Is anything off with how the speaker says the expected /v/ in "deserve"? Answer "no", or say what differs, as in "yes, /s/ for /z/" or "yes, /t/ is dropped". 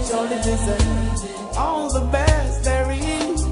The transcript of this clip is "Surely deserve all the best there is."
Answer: yes, /v/ is dropped